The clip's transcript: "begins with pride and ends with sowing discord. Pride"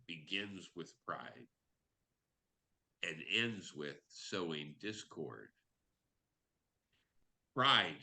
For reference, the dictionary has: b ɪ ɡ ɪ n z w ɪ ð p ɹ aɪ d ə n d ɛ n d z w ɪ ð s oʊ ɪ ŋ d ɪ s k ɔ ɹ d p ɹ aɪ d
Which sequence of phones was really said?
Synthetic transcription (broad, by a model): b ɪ ɡ ɪ n z w ɪ ð p ɹ aɪ d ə n ɛ n d z w ɪ ð s oʊ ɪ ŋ d ɪ s k ɔ ɹ d p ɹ aɪ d